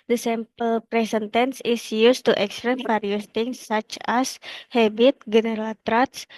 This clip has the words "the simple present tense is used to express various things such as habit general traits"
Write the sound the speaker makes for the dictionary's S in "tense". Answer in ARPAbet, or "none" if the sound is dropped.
S